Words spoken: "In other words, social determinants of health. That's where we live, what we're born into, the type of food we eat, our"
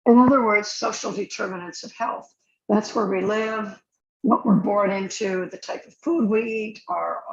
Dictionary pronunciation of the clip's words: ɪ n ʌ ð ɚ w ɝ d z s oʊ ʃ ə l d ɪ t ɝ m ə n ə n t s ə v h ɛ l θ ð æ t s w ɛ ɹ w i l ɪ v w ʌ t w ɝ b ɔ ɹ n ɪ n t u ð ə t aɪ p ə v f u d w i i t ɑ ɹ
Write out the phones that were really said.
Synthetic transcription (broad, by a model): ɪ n ʌ ð ɚ w ɝ d z s oʊ ʃ l d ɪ t ɝ m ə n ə n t s ə v h ɛ l θ ð æ t s w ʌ ɹ w i l ɪ v w ʌ t w ɝ b ɔ ɹ n ɪ n t u ð ə t aɪ p ə v f u d w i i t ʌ ɹ